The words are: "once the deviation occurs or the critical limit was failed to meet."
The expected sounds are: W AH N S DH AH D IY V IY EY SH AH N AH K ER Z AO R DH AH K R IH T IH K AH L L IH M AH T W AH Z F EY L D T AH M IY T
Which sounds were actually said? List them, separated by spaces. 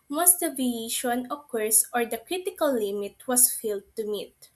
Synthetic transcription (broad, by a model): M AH S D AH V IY IY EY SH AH N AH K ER S AO R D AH K R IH T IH K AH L L IH M AH T W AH S F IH L D T AH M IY T